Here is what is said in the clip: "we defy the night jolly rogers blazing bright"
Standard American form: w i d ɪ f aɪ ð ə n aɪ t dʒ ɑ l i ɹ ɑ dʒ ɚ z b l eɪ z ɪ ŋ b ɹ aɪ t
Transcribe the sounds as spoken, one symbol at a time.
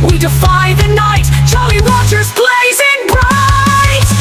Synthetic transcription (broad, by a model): w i d ɪ f aɪ ð ə n aɪ t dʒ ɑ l i w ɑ tʃ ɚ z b l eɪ z ɪ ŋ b ɹ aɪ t